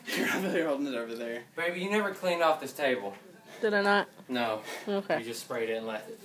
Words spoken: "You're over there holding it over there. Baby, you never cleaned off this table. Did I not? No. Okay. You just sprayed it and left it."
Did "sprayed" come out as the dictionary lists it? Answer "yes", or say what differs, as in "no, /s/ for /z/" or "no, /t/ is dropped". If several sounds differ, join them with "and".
yes